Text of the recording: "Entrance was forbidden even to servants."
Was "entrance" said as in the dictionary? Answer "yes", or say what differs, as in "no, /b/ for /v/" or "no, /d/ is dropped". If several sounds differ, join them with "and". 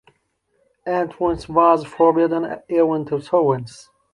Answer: no, /w/ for /ɹ/